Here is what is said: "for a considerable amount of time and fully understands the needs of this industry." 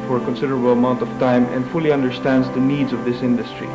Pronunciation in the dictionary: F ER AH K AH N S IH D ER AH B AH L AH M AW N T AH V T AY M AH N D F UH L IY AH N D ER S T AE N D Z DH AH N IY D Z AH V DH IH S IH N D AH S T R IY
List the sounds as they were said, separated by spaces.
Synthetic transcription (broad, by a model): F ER AH K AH N S IH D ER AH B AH L AH M AW N T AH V T AY M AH N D F UH L IY AH N D ER S T AE N D Z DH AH N IY D Z AH V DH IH S IH N D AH S T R IY